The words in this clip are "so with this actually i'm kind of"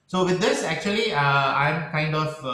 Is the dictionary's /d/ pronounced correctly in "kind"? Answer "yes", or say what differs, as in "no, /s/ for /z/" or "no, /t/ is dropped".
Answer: yes